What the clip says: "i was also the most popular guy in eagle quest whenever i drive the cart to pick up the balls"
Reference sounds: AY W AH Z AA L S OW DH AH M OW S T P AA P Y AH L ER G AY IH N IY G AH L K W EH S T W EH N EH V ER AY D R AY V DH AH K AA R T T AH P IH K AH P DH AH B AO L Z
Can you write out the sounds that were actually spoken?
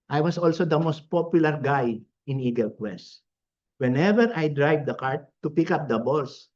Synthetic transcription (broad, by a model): AY W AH S AA L S OW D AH M OW S T P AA P Y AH L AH G AY IH N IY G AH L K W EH S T W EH N EH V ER AY D R AY V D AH K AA R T T AH P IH K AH P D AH B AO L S